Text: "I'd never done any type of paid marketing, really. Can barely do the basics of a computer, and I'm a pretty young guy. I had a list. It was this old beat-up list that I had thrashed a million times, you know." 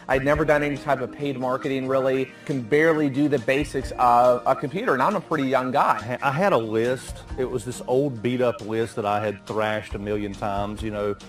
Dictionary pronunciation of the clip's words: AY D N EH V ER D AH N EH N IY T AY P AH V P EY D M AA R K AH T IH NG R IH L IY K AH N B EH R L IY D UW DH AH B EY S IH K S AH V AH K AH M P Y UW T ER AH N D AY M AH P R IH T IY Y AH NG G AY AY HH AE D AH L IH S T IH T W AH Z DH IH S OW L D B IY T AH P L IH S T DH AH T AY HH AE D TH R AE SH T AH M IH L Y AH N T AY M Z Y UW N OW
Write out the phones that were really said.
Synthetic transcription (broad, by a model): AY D N EH V ER D AH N EH N IY T AY P AH V P EY D M AA R K AH T IH NG R IH L IY K AH N B EH R L IY D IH DH AH B EY S IH K S AH V AH K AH M P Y UW T ER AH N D AY M AH P R IH T IY Y AH NG G AY AY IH D AH L IH S T IH T W AH Z DH IH S OW L D B IY T AH P L IH S T DH AH T AY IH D TH R AE SH T AH M IH L Y AH N T AY M Z Y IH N OW